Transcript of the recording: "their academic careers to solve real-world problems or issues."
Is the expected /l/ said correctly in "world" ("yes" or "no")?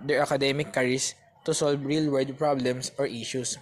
no